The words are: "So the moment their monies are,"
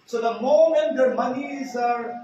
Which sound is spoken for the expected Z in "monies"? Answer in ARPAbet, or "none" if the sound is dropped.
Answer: Z